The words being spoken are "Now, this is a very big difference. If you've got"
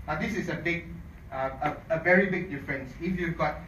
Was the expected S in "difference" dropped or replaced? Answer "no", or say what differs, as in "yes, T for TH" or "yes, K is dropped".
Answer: no